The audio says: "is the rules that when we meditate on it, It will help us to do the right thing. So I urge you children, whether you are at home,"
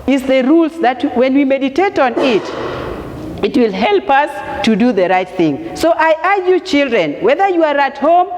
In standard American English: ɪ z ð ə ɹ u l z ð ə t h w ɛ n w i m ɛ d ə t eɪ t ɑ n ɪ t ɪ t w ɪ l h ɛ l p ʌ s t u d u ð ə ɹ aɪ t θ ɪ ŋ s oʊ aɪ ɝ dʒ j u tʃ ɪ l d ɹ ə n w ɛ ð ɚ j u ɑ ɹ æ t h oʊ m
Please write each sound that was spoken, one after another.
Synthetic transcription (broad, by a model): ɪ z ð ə ɹ u l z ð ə t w w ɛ n w i m ɛ d ə t eɪ t ɑ n ɪ t ɪ t w ɪ l h ɛ l p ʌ s t u d u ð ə ɹ aɪ t θ ɪ ŋ s oʊ aɪ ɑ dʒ j u tʃ ɪ l d ɹ ə n w ɛ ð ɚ j u ɑ ɹ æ t h oʊ m